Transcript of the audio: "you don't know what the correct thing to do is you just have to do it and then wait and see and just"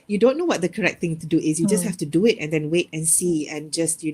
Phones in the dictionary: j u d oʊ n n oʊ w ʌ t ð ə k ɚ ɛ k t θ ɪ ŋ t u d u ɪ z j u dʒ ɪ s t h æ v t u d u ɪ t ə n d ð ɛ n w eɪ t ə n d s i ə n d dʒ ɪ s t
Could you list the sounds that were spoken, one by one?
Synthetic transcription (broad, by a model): j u d oʊ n n oʊ w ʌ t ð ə k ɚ ɛ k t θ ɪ ŋ t u d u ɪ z j u dʒ ɪ s t h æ f t u d u ɪ t ə n d ɛ n w eɪ t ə n s i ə n dʒ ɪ s t